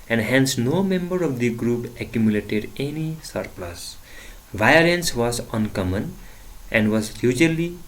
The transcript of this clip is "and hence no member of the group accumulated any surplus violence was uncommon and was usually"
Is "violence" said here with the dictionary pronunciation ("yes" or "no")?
yes